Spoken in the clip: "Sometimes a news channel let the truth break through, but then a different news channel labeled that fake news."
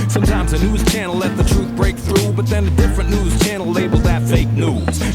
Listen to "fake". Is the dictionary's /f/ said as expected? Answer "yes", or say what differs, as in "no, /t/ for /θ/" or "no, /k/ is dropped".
yes